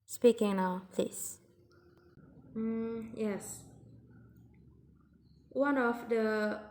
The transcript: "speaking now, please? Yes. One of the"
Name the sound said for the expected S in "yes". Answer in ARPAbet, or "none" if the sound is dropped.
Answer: S